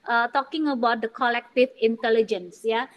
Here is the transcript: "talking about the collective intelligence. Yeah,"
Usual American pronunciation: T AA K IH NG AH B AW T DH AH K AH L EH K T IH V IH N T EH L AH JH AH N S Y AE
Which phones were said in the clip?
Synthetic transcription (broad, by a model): T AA K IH NG AH B AW T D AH K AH L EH K T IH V IH N T EH L AH JH AH N S Y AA